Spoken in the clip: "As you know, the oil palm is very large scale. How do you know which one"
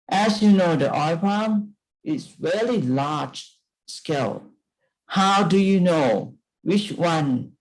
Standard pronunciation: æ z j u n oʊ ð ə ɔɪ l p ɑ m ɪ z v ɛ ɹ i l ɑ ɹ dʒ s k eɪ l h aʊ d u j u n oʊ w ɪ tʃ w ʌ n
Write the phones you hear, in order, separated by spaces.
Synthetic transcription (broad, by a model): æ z j u n oʊ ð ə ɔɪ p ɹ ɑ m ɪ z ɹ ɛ l i l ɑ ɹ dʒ s k eɪ l h aʊ d u j u n oʊ w ɪ tʃ w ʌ n